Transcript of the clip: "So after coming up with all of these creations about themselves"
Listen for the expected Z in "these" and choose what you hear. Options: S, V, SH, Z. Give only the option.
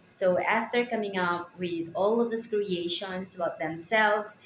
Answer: S